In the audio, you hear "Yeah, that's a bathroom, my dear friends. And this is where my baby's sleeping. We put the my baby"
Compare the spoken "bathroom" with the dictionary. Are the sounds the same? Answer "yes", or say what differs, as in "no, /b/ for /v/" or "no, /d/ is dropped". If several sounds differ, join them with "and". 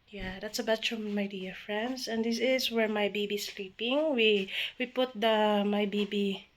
no, /f/ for /θ/